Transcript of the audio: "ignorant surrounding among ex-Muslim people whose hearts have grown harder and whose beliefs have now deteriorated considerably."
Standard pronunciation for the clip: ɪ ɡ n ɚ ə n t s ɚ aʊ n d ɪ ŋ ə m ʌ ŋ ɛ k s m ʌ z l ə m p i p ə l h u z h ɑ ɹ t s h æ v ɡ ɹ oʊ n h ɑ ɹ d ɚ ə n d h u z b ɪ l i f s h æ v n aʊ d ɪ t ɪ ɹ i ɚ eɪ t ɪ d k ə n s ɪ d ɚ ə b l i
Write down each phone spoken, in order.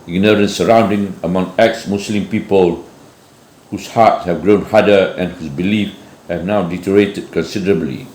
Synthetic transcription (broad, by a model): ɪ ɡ n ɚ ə n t s ɚ aʊ n d ɪ ŋ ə m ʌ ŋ ɛ k s m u s l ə m p i p ə l h u s h ɑ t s h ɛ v ɡ ɹ oʊ n h ɑ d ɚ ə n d h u s b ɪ l i f h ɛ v n aʊ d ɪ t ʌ ɹ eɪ t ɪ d k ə n s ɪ d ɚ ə b l i